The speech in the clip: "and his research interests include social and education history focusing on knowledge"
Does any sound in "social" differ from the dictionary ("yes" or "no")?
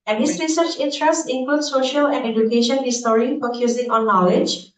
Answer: no